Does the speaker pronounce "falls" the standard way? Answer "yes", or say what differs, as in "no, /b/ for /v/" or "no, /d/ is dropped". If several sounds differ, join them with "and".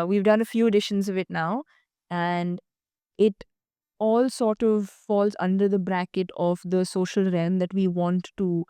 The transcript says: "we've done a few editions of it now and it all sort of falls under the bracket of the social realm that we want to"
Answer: yes